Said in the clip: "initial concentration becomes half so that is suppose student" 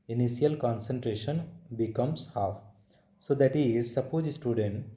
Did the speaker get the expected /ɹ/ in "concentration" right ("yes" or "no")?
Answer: yes